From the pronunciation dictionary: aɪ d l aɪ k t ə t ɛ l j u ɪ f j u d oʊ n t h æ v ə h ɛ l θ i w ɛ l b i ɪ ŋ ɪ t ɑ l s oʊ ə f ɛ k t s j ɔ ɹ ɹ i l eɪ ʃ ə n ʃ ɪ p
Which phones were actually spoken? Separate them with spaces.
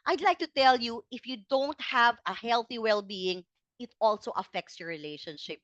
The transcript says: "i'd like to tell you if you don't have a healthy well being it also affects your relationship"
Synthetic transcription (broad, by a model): aɪ d l aɪ k t ə t ɛ l j u ɪ f j u d oʊ n t h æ v ə h ɛ l θ i w ɛ l b i ɪ ŋ ɪ t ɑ l s oʊ ə f ɛ k t s j ɔ ɹ ɹ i l eɪ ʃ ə n ʃ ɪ p